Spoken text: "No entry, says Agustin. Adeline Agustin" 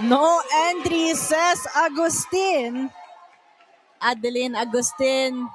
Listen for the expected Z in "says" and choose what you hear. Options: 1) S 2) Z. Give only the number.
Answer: 1